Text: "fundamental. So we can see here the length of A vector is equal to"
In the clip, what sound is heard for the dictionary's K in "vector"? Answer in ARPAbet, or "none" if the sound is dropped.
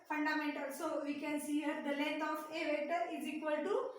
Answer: none